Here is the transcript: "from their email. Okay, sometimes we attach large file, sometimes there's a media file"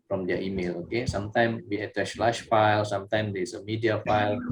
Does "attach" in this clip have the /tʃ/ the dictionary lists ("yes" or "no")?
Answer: no